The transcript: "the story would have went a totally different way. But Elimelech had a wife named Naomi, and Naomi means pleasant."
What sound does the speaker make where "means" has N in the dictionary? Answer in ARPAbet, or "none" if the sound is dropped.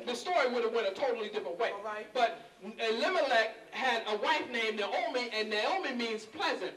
N